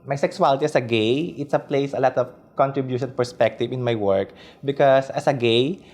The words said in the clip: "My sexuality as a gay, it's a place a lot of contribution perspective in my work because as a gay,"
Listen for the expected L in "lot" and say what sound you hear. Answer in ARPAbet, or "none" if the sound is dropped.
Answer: L